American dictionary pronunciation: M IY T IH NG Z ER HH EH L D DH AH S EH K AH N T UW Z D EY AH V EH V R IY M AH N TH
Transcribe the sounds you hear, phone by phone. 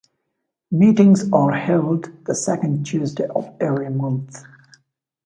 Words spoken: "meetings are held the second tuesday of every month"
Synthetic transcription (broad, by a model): M IY T IH NG Z ER HH EH L D DH AH S EH K AH N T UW Z D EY AH V EH V R IY M AH N TH